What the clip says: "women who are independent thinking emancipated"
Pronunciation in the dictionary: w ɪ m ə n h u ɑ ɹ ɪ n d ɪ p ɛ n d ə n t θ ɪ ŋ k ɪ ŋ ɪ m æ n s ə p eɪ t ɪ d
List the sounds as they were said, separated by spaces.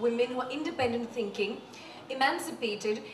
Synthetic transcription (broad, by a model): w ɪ m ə n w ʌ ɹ ɪ n d ɪ p ɛ n d ə n t θ ɪ ŋ k ɪ ŋ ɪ m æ n s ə p eɪ t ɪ d